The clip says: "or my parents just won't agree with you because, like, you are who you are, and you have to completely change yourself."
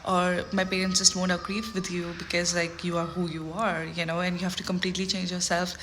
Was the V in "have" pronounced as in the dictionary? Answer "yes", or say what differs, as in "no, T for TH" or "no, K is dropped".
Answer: no, F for V